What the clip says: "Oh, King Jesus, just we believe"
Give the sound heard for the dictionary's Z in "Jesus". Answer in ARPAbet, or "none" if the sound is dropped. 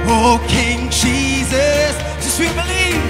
Z